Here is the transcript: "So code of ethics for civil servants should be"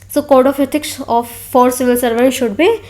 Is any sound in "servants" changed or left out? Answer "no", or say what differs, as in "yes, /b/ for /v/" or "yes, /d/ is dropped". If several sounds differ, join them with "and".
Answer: yes, /n/ is dropped